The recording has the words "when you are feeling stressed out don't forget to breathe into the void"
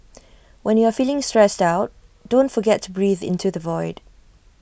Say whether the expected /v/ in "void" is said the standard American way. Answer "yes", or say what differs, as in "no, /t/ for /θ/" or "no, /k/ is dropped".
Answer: yes